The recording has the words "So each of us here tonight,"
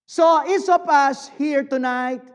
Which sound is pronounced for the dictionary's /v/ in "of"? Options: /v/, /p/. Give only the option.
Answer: /p/